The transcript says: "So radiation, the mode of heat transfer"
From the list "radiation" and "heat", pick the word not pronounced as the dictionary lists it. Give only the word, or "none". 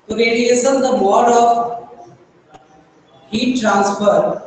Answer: radiation